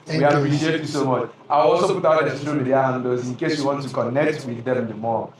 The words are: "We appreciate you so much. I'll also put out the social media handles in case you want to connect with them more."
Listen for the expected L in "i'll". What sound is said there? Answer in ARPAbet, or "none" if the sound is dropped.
W